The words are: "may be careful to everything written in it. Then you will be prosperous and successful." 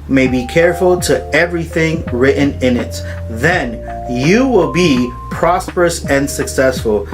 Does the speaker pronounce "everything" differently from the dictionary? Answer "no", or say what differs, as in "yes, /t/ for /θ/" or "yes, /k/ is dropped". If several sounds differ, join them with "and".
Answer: no